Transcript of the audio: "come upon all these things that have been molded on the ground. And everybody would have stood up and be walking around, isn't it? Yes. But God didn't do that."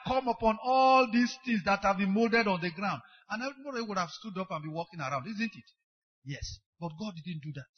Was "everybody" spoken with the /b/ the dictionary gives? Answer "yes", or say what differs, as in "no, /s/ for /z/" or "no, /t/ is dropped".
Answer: no, /b/ is dropped